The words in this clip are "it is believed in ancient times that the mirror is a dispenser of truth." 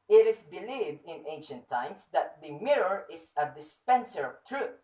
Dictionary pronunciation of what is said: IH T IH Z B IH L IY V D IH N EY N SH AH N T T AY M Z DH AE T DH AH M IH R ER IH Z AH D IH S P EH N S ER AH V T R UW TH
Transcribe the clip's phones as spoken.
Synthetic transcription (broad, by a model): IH T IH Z B IH L IY V D IH N EY N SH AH N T T AY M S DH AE T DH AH M IH R ER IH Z AH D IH S P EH N S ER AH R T R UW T